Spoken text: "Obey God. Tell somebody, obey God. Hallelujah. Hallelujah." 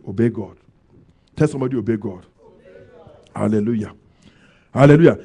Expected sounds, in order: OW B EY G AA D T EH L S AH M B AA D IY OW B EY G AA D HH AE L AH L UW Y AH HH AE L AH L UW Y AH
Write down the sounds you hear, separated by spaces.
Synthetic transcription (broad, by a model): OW B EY G AA D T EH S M AA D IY OW B EY G AA D HH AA L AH L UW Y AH HH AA L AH L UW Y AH